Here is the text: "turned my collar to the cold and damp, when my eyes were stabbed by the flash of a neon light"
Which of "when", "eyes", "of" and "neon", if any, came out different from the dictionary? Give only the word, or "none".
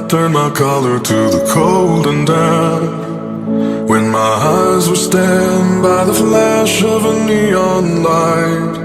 none